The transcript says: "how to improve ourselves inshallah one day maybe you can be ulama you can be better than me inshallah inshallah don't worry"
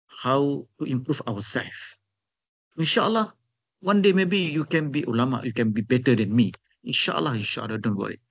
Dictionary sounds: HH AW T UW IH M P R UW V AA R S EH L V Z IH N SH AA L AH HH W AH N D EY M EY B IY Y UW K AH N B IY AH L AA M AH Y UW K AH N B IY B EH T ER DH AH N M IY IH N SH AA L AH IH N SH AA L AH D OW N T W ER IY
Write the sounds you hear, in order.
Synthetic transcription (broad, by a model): HH AW T UW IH M P R UW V AA W S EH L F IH N SH AA L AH HH W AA N D EY M EY B IY Y UW K AH N B IY AH L AA M AH Y UW K AH N B IY B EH T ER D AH N M IY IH N SH AA L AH IH N SH AA L AH D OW N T W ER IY